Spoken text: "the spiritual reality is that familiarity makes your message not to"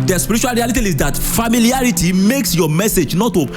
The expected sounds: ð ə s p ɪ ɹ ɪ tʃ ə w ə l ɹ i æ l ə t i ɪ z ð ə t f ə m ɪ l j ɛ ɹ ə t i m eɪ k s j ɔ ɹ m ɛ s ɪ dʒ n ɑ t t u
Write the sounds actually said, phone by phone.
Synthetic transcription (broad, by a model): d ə s p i ɹ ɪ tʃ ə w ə l ɹ i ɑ l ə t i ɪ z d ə t f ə m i l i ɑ ɹ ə t i m eɪ k s j ɔ m ɛ s ɪ dʒ n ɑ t t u